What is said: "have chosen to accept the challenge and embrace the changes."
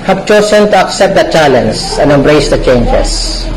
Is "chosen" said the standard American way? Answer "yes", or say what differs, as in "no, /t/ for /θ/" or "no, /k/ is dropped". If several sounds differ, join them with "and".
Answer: no, /s/ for /z/